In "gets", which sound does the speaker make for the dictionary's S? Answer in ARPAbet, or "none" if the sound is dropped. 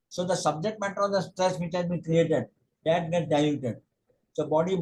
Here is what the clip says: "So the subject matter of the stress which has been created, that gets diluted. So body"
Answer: none